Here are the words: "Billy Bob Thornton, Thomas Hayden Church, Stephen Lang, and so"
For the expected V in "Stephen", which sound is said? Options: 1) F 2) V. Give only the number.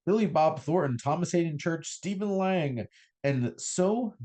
2